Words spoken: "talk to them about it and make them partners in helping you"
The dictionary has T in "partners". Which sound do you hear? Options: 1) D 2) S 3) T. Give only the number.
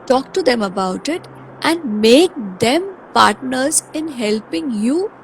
3